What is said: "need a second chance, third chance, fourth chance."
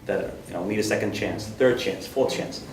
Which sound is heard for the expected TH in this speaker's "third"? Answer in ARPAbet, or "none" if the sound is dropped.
TH